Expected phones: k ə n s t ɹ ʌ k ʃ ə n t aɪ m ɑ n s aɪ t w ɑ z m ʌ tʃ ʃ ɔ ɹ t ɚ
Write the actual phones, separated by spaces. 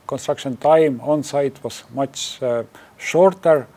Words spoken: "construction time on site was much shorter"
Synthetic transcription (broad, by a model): k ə n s t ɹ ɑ k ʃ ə n t aɪ m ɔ n s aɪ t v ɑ s m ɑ s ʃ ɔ ɹ t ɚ